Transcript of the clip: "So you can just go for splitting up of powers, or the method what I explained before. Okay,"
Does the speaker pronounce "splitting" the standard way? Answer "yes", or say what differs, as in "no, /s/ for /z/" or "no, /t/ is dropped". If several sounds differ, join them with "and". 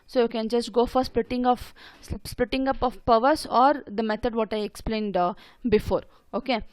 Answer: yes